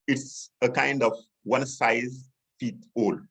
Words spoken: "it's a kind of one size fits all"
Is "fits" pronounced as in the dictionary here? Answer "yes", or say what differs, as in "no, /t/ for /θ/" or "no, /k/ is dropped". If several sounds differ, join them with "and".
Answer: no, /s/ is dropped